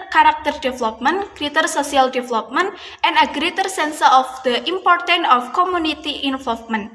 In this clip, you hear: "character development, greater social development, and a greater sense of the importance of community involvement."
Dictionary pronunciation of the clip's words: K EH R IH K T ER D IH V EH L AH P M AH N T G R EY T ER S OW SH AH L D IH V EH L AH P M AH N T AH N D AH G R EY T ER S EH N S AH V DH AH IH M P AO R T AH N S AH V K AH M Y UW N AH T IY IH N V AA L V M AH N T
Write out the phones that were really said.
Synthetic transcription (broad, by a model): K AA R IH K T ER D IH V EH L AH P M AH N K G R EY T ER S OW S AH L D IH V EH L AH P M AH N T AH N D AH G R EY T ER S EH N S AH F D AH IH M P AO R T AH N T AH F K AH M UW N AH T IY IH N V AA L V M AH N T